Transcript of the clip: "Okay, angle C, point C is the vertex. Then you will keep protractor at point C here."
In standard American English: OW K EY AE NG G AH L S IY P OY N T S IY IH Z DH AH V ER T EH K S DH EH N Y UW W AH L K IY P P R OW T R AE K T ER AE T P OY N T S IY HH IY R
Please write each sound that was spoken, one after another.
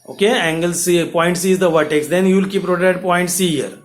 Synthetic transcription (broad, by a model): OW K EY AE NG G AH L S IY P OY N T S IY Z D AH V ER T EH K S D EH N Y UW L K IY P P R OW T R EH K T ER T P OY N T S IY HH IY R